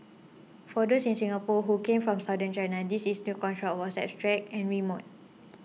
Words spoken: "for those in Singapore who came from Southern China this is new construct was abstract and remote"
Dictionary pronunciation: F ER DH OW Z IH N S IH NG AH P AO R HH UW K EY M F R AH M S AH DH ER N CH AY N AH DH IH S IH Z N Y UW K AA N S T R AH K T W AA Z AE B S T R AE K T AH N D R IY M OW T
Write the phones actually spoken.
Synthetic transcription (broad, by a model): F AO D OW S IH N S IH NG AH P AO HH UW K EY M F R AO M S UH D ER N CH AY N AH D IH S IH S N Y UW K AA N T R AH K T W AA S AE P S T R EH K AH N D R IY M OW T